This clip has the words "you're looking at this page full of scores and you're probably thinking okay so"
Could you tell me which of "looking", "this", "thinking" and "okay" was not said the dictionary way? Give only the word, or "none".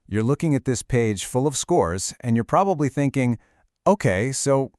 none